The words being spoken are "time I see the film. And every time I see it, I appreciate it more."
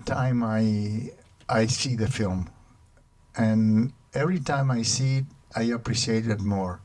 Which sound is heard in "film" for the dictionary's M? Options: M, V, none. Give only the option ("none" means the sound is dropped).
M